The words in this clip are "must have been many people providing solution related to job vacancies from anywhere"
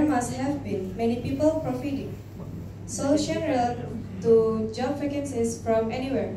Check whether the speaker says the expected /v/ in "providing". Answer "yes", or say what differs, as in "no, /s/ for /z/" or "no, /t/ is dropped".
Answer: no, /f/ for /v/